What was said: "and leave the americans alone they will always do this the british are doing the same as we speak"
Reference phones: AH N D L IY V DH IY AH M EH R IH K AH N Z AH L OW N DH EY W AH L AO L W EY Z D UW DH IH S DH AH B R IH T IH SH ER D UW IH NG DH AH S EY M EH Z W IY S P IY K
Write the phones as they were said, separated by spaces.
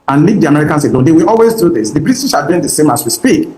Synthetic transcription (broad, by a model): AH N L IY V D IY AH M EH R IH K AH N S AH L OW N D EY W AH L AO L W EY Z D UW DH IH S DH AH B R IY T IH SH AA D UW IH NG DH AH S EY M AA S W IY S P IY K